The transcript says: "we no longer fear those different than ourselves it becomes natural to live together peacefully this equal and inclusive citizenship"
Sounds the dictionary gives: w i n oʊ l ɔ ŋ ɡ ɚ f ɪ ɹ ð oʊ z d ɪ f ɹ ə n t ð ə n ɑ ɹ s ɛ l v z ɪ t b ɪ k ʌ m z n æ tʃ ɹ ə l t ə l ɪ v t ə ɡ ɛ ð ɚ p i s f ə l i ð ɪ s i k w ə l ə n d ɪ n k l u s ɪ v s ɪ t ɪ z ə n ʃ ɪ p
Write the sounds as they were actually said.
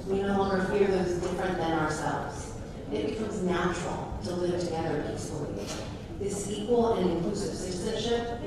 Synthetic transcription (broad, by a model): w i n oʊ l ɔ ŋ ɡ ɚ f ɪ ɹ ð oʊ z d ɪ f ɹ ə n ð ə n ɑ ɹ s ɛ l v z ɪ t b ɪ k ʌ m z n æ tʃ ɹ l t ə l ɪ v t ə ɡ ɛ ð ɚ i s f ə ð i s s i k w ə l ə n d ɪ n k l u s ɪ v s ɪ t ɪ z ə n ʃ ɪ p